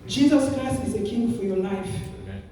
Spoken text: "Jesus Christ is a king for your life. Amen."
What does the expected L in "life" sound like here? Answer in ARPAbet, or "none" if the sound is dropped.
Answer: L